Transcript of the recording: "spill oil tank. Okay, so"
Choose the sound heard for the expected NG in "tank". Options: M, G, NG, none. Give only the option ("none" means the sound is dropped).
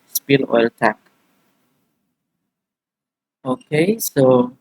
none